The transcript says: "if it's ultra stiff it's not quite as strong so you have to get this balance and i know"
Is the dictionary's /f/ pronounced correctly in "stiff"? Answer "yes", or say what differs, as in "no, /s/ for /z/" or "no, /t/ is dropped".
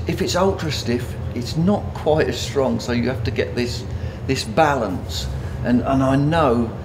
yes